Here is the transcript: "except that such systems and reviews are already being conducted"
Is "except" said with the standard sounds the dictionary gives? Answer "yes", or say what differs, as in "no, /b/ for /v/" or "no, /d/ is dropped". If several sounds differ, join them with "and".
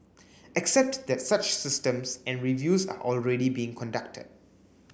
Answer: yes